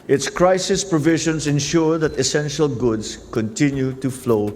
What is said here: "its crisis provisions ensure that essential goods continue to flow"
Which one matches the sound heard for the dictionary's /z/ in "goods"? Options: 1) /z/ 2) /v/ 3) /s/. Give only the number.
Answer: 3